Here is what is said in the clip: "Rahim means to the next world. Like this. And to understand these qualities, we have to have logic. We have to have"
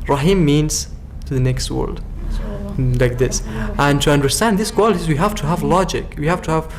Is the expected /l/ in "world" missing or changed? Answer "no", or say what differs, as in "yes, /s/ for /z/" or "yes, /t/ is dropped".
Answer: no